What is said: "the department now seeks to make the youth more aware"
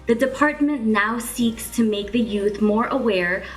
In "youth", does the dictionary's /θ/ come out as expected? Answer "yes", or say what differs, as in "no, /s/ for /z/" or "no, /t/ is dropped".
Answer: yes